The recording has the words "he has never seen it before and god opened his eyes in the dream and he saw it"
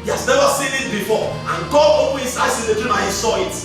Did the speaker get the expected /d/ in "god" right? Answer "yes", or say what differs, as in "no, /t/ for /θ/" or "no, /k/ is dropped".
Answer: no, /d/ is dropped